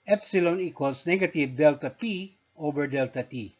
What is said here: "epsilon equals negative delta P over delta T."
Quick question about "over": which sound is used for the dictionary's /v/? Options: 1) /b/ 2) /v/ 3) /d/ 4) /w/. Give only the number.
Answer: 1